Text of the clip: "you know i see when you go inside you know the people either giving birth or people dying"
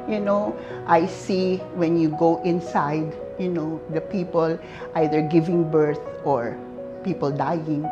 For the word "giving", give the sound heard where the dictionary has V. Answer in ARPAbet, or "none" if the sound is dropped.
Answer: V